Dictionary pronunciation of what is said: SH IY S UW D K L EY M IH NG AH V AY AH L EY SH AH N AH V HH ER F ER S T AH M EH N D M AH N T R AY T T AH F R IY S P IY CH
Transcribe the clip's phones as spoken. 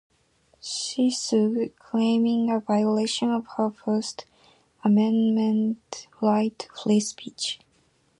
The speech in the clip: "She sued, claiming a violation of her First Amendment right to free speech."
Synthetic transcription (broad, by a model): SH IY S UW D K L EY M IH NG AH V AY AH L EY SH AH N AH V HH ER F ER S T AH M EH N M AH N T L AY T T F L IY S P IY CH